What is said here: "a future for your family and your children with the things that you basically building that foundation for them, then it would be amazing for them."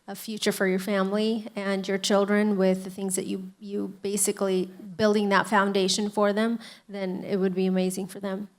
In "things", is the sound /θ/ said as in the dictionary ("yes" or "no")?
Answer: yes